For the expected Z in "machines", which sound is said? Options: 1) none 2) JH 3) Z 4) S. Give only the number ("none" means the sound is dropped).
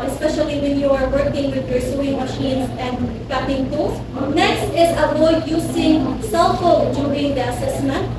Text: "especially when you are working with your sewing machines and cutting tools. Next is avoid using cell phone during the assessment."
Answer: 4